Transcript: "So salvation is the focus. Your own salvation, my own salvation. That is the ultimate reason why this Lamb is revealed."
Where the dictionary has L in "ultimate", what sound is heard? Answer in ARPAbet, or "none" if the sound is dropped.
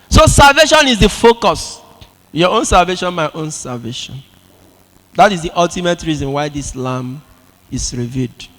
L